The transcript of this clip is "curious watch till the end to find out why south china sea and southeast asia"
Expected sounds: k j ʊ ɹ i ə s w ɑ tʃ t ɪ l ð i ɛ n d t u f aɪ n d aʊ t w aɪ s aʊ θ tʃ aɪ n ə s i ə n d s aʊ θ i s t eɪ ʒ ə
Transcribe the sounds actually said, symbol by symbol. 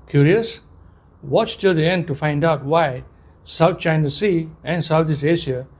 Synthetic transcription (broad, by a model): k j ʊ ɹ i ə s w ɑ tʃ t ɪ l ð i ɛ n d t u f aɪ n d aʊ t w aɪ s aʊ t tʃ aɪ n ə s i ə n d s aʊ t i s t eɪ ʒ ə